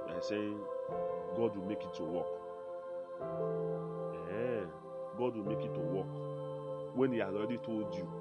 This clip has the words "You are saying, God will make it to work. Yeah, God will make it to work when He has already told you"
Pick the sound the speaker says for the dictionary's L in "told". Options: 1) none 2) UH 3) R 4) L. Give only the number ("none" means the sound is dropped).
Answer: 1